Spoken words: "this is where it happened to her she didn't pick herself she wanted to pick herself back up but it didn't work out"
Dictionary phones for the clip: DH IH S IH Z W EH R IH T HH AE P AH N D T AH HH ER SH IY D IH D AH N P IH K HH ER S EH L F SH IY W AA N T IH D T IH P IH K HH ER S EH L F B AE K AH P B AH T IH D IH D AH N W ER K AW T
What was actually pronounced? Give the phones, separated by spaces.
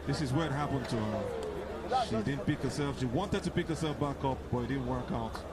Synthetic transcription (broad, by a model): DH IH S IH Z W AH R IH T HH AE P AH N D T AH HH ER SH IY D IH D N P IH K HH ER S EH L F SH IY W AA N T IH D T IH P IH K HH ER S EH L F B AE K AH P B AH T IH D IH D N W ER K AW T